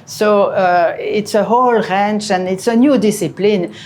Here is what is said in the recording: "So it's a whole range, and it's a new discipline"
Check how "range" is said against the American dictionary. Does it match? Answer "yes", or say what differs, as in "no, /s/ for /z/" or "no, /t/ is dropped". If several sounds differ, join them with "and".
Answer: no, /tʃ/ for /dʒ/